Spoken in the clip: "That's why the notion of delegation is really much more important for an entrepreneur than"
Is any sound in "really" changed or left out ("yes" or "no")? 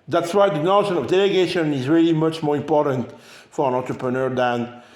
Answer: no